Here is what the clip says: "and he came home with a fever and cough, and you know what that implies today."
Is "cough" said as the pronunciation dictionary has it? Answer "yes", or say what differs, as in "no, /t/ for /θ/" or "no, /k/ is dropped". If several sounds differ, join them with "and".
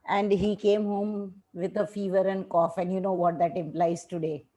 yes